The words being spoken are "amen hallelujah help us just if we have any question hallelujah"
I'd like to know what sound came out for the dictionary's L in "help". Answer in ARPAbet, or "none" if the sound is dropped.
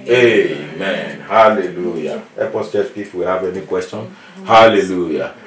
none